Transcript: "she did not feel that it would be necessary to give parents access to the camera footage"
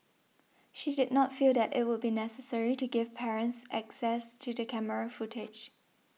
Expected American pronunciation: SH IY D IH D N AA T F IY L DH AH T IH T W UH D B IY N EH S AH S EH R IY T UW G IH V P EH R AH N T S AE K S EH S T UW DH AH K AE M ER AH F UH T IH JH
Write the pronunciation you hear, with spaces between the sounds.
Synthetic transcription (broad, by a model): SH IY D IH D N AA T F IY L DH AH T IH T W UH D B IY N EH S AH S EH R IY T UW G IH V P EH R AH N T S AE K S EH S T UW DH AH K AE M ER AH F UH T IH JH